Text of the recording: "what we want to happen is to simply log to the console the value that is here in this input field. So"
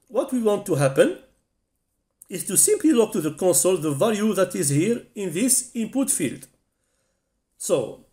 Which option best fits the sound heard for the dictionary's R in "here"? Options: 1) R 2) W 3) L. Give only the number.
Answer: 1